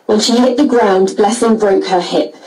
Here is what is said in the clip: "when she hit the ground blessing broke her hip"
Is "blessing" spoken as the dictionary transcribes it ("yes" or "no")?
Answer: yes